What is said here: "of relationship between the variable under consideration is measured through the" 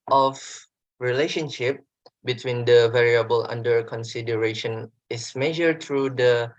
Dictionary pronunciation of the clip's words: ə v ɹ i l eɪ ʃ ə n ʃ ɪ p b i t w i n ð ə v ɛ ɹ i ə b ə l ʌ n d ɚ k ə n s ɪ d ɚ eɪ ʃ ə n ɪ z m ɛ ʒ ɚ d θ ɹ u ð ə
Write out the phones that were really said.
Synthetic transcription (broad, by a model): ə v ɹ i l eɪ ʃ ə n ʃ ɪ p b i t w i n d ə v ɛ ɹ i ə b ə l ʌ n d ɚ k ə n s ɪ d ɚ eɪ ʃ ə n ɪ s m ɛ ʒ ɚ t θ ɹ u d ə